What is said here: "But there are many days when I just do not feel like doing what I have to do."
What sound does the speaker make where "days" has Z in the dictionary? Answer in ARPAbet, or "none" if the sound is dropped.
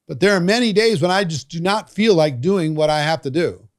Z